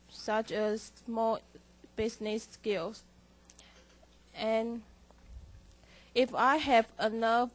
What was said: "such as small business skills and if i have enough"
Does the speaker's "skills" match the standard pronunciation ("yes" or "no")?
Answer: no